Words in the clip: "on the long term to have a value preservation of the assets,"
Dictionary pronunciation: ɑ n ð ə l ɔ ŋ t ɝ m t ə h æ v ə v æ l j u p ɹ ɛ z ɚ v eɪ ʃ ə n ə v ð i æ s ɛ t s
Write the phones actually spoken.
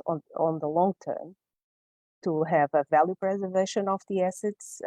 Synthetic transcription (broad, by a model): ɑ n ð ə l ɔ ŋ t ɝ m t ə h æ v ə v æ l j u p ɹ ɛ z ɚ v eɪ ʃ ə n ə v ð i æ s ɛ t s